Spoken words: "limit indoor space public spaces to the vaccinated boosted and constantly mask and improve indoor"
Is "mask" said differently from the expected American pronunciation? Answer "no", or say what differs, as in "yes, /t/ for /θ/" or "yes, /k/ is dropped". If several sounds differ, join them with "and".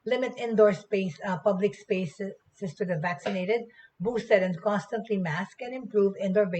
no